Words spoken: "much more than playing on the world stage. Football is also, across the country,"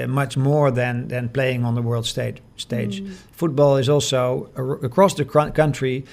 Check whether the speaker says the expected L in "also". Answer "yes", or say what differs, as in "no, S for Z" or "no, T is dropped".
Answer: yes